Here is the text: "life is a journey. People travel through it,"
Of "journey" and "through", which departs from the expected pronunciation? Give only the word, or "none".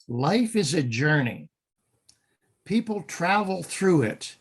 none